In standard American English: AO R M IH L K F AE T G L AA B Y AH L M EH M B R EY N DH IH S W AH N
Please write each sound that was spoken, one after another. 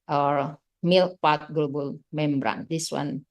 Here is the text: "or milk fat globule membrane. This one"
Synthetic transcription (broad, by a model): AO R M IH L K P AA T G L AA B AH L M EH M B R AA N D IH S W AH N